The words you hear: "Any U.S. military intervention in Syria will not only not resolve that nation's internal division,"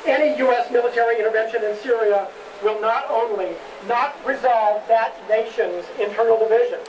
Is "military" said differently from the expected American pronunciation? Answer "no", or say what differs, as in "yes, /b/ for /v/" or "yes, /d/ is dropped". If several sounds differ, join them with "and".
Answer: no